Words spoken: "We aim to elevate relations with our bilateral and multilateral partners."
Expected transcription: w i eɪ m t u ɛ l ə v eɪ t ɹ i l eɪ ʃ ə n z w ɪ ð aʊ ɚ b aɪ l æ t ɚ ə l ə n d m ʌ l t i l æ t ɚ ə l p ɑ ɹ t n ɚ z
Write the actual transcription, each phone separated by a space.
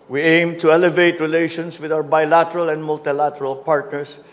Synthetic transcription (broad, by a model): w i eɪ m t u ɛ l ə v eɪ t ɹ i l eɪ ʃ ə n s w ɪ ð aʊ ɚ b aɪ l æ t ɚ ə l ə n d m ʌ l t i l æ t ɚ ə l p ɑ ɹ t n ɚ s